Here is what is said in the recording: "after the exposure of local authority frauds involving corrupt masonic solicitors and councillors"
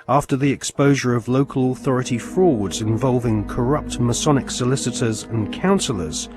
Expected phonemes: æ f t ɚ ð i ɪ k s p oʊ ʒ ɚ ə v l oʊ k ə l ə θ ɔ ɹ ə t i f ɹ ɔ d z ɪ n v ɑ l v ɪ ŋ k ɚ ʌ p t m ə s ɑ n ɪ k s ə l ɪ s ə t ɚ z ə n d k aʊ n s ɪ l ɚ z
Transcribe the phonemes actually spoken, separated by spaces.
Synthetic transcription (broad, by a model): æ f t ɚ ð i ɪ k s p oʊ ʒ ɚ ə v l oʊ k ə l ə θ ɔ ɹ ə t i f ɹ ɔ d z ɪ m v ɑ l v ɪ ŋ k ɚ ʌ p t m ə s ɑ n ɪ k s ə l ɪ s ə t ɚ z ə n k aʊ n s l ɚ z